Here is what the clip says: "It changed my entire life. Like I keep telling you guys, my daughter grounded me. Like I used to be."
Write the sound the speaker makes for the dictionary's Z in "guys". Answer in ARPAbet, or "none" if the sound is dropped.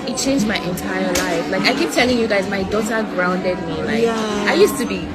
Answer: Z